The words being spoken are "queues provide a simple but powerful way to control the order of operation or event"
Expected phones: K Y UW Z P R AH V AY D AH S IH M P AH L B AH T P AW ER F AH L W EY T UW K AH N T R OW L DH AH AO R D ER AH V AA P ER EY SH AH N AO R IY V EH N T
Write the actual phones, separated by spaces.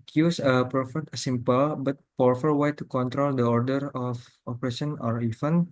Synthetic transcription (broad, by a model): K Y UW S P R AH F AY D AH S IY M P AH L B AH T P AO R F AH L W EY T UW K AH N T R OW L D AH AO R D ER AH F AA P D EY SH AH N AO R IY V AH N